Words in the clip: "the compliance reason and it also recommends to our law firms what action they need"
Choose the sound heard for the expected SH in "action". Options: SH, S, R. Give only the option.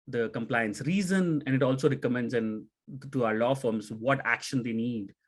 SH